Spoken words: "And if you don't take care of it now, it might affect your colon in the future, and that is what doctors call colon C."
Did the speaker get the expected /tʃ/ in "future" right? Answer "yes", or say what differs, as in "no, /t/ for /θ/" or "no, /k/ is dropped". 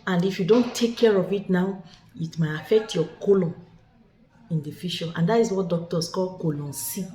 no, /ʃ/ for /tʃ/